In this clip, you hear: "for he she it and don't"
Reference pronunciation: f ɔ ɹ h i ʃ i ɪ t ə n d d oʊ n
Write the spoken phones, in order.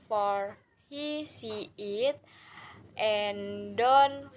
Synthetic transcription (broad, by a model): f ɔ ɹ h i s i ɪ t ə n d d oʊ n